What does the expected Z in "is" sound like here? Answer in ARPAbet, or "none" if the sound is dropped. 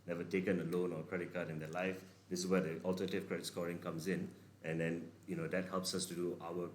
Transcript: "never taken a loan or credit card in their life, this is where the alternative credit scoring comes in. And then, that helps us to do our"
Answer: S